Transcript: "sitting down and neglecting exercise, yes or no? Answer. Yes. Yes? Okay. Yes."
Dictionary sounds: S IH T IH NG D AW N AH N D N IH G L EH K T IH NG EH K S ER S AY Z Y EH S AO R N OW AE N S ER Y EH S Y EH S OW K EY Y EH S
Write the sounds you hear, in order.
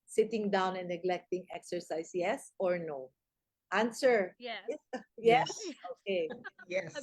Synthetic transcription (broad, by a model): S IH T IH NG D AW N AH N N IH G L EH K T IH NG EH K S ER S AY S Y EH S AO R N OW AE N S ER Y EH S Y EH S OW K EY Y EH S